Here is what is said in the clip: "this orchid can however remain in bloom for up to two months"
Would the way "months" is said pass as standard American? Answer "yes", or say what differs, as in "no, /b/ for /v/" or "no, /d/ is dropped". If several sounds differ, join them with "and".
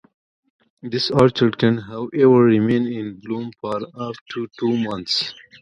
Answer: no, /t/ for /θ/